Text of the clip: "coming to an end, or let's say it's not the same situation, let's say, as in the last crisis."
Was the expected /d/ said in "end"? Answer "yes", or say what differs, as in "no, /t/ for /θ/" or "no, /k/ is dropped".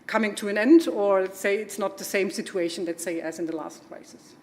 yes